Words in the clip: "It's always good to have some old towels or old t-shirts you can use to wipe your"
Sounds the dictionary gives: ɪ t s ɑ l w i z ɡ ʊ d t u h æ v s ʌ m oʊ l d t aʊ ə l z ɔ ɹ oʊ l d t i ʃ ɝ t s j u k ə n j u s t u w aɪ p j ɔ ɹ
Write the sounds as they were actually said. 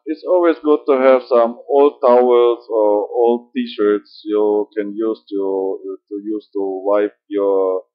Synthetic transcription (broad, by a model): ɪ t s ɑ l w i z ɡ ʊ d t u h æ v s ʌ m oʊ l d t aʊ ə l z ɔ ɹ oʊ l d t i ʃ ɝ t s j u k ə n j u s t u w aɪ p j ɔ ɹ